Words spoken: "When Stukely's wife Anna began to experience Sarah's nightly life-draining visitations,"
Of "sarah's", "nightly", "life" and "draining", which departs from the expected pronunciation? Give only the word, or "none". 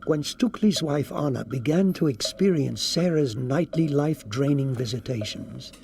none